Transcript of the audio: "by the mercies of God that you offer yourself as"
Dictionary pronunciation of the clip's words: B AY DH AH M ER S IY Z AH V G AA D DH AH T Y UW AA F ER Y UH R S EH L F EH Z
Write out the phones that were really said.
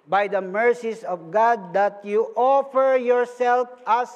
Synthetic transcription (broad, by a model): B AY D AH M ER S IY S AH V G AA D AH T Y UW AA F ER Y UH R S EH L F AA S